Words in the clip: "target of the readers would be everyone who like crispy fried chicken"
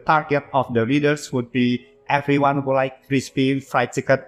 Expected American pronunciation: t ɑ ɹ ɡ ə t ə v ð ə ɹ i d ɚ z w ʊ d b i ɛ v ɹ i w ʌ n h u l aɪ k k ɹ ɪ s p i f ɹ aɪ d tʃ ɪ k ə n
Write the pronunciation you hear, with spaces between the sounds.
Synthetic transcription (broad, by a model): t ɑ ɹ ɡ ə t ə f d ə l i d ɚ s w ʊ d b i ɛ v ɹ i w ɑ n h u l aɪ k k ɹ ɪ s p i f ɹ aɪ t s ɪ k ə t